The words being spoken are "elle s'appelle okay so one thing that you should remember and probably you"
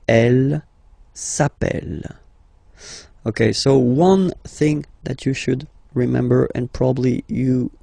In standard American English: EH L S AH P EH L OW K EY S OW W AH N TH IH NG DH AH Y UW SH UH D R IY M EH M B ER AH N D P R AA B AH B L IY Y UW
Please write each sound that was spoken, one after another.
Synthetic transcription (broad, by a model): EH L S AH P EH L OW K EY S OW W AH N TH IH NG DH AH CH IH SH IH D R IY M EH M B ER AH N P R AA B AH B L IY Y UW